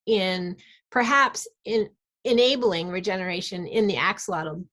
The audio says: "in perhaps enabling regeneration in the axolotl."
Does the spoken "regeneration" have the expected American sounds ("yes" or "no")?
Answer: yes